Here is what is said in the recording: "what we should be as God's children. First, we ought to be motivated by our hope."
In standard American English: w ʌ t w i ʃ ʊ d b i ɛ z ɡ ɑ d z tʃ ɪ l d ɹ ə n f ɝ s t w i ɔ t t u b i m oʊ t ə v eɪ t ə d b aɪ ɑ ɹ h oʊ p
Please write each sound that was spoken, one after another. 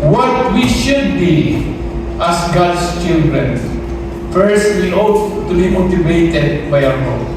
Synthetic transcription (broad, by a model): w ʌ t w i ʃ ʊ d b i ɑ s ɡ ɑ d s tʃ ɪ l d ɹ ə n f ɝ s t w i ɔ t t u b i m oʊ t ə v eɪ t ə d b aɪ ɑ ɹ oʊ